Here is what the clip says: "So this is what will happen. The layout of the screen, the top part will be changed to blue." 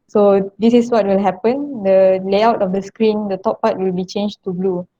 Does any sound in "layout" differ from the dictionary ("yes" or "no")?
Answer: no